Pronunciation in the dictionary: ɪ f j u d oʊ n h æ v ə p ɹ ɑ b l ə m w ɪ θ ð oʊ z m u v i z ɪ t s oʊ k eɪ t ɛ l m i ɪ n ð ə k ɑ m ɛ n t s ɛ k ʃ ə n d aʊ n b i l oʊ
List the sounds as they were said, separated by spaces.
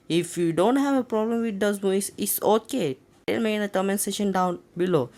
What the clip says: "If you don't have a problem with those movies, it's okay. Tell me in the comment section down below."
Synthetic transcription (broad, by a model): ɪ f j u d oʊ n h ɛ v ə p ɹ ɑ b l ə m w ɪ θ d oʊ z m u i s ɪ t s oʊ k eɪ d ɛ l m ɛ ɪ n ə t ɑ m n s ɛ ʃ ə n d aʊ n b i l oʊ